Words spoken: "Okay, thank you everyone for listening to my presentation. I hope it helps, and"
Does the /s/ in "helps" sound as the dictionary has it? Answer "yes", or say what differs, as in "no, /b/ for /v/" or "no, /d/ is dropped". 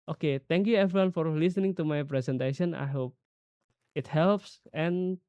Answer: yes